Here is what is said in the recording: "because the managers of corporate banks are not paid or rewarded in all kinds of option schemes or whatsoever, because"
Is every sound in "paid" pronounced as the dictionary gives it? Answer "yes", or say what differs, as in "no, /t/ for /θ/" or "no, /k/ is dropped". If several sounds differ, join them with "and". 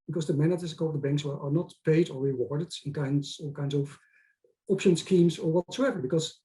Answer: yes